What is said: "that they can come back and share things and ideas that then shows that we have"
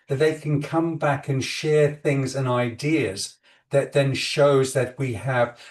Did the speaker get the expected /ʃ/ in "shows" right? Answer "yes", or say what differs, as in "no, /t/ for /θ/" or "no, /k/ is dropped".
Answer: yes